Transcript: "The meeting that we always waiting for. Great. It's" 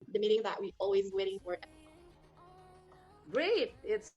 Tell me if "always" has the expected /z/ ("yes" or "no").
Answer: yes